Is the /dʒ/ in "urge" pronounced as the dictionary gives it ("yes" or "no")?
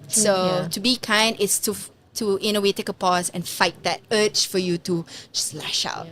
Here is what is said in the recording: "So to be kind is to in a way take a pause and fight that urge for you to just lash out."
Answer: no